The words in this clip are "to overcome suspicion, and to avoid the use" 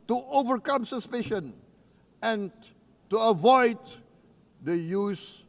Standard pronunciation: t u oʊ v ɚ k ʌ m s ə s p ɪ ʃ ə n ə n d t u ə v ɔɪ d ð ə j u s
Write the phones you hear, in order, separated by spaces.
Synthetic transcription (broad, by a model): t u oʊ v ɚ k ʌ m s ə s p ɪ ʃ ə n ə n t u ə v ɔɪ d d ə j u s